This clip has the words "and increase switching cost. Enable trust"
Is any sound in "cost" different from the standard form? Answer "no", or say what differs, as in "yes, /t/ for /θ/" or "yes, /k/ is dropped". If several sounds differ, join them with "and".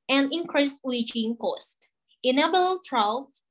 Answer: no